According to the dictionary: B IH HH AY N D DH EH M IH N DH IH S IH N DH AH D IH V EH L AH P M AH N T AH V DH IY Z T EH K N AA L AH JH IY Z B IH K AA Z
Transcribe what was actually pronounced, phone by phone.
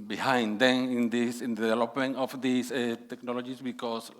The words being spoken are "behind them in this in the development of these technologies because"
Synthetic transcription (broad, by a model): B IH HH AY N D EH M IH N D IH S IH N D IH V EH L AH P M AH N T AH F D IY S T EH K N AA L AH JH IY S B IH K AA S